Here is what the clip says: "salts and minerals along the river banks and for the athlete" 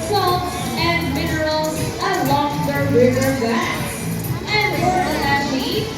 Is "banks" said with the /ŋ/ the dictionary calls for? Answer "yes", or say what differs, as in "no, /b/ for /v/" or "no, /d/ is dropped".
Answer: no, /ŋ/ is dropped